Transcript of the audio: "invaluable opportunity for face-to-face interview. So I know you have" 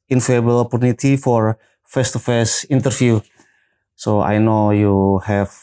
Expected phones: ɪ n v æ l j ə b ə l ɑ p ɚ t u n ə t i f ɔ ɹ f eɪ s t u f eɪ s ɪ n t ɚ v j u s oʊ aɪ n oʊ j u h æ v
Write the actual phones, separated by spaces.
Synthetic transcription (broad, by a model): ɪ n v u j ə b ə l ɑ p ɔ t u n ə t i f ɔ ɹ f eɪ s t u f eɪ s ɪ n t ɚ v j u s oʊ aɪ n oʊ j u h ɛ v